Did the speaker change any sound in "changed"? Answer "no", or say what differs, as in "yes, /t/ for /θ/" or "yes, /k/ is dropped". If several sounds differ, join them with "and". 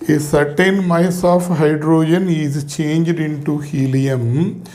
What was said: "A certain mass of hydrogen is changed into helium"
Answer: no